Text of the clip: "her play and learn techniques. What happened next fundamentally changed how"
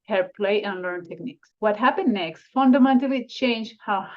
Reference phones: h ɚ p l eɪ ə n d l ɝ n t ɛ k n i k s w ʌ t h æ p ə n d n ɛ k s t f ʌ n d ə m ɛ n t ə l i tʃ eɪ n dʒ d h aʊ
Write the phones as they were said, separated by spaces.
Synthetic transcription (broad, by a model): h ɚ p l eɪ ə n l ɝ n t ɛ k n i k s w ʌ t h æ p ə n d n ɛ k s t f ʌ n d ə m ɛ n t ə l i tʃ eɪ n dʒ h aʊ